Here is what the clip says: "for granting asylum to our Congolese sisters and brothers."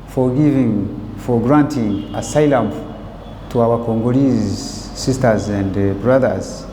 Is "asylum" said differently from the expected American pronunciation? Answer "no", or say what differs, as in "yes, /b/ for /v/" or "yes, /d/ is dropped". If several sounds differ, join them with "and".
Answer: no